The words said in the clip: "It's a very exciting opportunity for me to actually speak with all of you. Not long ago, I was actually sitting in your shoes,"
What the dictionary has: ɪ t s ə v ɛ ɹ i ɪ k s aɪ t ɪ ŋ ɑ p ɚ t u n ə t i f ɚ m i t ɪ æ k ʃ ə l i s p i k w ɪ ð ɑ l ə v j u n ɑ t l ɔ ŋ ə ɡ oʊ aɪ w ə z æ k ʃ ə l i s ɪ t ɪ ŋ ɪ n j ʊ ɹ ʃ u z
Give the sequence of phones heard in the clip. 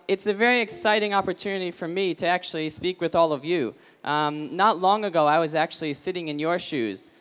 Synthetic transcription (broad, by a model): ɪ t s ə v ɛ ɹ i ɪ k s aɪ t ɪ ŋ ɑ p ɚ t u n ə t i f ɚ m i t ɪ æ k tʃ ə l i s p i k w ɪ ð ɑ l ə v j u n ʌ t l ɔ ŋ ə ɡ oʊ aɪ w ə z æ k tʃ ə l i s ɪ t ɪ ŋ ɪ n j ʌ ɹ ʃ u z